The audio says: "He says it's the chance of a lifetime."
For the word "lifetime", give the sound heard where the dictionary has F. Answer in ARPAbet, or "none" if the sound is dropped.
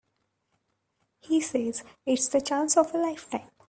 F